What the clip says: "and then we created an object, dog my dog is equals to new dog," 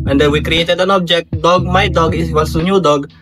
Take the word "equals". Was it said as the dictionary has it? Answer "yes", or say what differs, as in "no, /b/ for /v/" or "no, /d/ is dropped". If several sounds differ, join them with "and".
no, /k/ is dropped and /l/ is dropped